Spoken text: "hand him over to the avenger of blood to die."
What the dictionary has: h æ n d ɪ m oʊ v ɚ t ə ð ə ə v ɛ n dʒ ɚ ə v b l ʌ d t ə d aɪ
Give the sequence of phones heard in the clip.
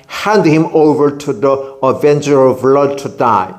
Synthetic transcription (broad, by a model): h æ n d ɪ m oʊ v ɚ t ə ð ə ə v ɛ n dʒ ɚ ə v l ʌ d t ə d aɪ